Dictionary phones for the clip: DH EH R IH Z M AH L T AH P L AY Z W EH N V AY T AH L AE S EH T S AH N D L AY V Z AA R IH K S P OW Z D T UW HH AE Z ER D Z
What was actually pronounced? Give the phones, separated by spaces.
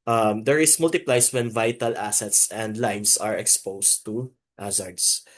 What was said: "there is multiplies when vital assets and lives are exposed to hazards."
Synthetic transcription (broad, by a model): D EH R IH S M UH L T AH P L AY S W EH N V AY T AH L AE S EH T S AH N D L AY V S AA R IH K S P OW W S T UW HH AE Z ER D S